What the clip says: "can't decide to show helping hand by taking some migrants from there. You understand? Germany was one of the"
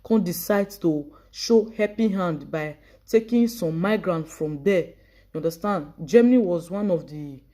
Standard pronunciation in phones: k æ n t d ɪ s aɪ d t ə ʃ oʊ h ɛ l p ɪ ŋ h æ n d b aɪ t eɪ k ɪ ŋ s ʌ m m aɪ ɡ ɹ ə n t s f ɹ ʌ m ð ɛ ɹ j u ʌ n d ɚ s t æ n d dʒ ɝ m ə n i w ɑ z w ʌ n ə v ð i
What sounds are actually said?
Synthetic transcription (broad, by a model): k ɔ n d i s aɪ d t ə ʃ oʊ h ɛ p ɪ h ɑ n d b aɪ t eɪ k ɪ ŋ s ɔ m m aɪ ɡ ɹ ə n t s f ɹ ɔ m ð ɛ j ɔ n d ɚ s t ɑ n d dʒ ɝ m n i w ɑ z w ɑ n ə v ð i